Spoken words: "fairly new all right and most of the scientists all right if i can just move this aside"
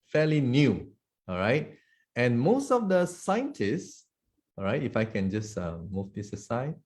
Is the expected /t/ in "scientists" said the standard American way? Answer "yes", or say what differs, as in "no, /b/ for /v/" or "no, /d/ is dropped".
yes